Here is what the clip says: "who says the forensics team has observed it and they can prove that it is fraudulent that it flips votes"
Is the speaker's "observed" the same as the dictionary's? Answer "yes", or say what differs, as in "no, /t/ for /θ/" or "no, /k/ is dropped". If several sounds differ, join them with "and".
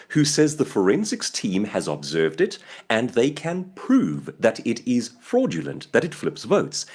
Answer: yes